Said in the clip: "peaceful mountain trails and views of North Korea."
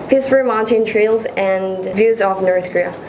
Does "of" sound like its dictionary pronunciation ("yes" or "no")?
yes